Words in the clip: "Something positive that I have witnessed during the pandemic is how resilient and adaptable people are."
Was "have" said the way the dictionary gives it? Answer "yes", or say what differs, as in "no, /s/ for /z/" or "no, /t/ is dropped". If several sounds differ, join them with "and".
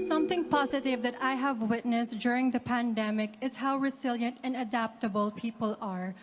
yes